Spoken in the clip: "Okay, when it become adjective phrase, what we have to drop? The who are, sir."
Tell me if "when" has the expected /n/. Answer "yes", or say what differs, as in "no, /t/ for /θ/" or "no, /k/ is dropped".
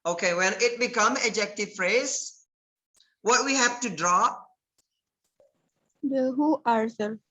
no, /l/ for /n/